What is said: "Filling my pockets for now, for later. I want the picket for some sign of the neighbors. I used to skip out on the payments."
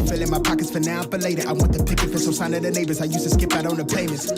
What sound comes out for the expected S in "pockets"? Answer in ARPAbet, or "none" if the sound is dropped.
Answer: S